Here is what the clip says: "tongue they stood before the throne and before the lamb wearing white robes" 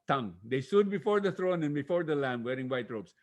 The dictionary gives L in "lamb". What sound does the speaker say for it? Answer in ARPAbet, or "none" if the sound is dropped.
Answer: L